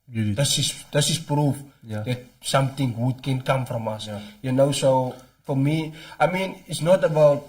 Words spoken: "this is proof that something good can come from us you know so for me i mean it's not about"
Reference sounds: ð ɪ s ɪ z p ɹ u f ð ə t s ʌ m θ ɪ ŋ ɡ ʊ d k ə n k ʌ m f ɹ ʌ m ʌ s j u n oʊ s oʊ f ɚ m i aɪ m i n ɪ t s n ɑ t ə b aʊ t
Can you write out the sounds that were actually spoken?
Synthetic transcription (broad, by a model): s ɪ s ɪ s p ɹ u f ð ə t s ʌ m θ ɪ ŋ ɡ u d k ə n k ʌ m f ɹ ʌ m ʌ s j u n oʊ s oʊ f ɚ m i aɪ m i n ɪ t s n ɑ t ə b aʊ t